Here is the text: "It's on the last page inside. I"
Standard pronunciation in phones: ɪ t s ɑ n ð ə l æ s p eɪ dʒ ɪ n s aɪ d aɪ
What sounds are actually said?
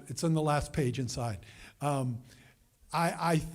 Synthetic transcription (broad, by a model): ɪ t s n ð ə l æ s p eɪ dʒ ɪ n s aɪ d aɪ